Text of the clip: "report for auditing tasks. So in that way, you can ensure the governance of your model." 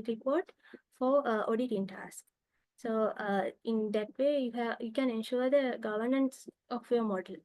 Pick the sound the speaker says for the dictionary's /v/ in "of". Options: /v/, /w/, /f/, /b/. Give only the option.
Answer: /f/